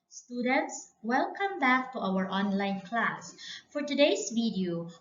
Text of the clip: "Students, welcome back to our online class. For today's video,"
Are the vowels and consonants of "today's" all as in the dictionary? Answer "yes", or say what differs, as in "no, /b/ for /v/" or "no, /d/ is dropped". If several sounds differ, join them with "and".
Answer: no, /s/ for /z/